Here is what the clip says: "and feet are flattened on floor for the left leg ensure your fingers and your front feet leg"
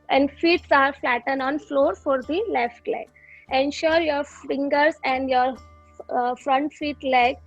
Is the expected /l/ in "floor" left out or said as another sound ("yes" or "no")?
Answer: no